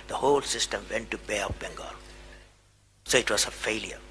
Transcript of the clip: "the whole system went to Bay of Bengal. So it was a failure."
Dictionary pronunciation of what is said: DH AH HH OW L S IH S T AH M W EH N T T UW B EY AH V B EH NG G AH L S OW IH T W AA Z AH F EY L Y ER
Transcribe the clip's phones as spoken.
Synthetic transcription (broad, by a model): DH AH HH OW L S IH S T AH M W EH N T T UW B EY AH P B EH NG G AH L S OW IH T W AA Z AH F EY L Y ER